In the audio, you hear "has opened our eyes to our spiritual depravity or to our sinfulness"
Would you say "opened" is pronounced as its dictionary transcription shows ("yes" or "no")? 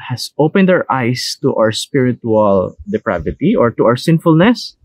yes